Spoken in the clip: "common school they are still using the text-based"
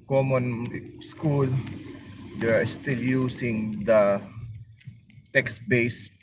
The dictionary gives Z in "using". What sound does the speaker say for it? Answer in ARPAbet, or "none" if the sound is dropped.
S